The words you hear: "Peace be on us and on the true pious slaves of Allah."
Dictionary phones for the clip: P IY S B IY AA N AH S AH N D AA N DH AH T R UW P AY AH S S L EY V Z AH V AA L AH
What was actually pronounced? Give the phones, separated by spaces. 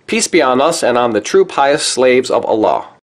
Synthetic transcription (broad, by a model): P IY S B IY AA N AH S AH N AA N DH AH T R UW P AY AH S S L EY V Z AH V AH L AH